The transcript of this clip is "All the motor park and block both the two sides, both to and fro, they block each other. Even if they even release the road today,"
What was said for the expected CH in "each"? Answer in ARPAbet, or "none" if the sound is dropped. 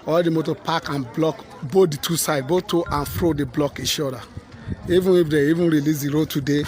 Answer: SH